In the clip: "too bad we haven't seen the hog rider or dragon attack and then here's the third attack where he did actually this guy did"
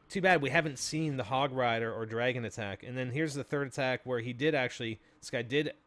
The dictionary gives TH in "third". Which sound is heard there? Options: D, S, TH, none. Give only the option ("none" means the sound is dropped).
TH